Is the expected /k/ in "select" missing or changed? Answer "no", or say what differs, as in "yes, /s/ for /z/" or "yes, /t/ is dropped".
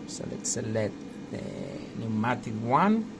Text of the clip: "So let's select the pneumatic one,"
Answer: yes, /k/ is dropped